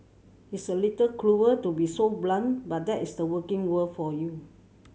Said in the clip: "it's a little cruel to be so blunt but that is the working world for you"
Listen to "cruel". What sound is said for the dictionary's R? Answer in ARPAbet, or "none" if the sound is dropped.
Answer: L